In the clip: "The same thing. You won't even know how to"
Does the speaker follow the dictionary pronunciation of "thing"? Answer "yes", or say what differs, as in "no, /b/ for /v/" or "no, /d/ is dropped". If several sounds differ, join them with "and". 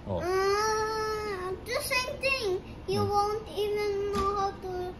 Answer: no, /t/ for /θ/